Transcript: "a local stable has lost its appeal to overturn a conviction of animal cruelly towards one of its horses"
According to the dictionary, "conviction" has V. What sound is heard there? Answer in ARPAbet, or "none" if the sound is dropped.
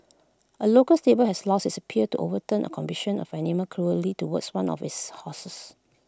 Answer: B